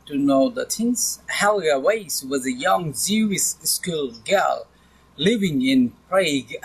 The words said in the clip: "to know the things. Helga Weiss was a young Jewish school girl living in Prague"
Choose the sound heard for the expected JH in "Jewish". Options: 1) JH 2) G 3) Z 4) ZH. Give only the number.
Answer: 3